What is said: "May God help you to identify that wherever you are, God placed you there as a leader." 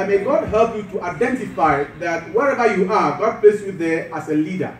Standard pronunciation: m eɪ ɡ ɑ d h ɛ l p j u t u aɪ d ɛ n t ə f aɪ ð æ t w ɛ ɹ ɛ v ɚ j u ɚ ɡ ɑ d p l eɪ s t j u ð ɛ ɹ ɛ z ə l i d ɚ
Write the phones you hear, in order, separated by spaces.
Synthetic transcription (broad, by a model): m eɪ ɡ ɑ d h ɛ l p j u t u aɪ d ɛ n t ə f aɪ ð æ t w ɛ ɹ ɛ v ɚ j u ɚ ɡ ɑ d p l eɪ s j u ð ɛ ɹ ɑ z ə l i d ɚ